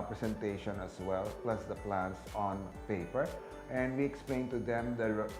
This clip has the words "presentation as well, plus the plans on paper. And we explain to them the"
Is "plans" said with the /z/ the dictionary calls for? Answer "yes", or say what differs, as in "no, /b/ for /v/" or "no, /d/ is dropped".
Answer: no, /s/ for /z/